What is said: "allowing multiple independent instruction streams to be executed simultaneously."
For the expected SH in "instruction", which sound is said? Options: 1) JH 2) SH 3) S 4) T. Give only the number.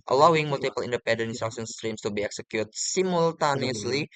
3